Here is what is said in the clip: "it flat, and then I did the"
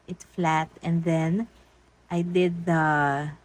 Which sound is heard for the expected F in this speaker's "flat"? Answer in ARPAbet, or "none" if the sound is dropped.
F